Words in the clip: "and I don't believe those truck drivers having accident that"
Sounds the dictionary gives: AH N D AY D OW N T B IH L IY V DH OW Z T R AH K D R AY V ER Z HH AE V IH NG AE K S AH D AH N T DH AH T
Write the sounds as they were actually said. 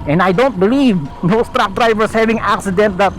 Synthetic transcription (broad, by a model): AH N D AY D OW N T B IH L IY V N OW S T R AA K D R AY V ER S HH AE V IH NG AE K S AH D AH N T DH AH T